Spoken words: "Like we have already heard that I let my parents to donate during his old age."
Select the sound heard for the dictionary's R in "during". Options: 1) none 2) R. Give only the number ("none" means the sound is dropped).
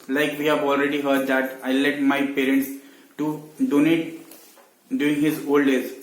1